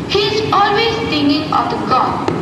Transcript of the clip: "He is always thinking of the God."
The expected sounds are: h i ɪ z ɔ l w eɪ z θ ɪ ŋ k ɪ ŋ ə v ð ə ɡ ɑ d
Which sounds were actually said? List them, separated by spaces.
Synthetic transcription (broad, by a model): h i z ɔ l w eɪ z t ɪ ŋ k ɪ ŋ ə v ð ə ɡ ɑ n